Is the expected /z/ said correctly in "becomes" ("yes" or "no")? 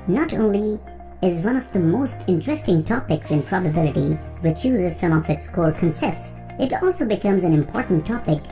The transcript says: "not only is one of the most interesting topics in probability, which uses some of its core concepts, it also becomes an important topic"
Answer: yes